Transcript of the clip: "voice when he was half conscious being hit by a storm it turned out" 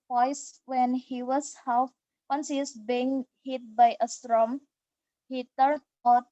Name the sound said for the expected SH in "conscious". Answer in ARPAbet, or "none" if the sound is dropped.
S